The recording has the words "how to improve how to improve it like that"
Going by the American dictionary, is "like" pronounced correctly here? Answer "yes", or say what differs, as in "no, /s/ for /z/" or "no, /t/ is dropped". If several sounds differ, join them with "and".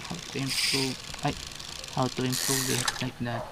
no, /n/ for /l/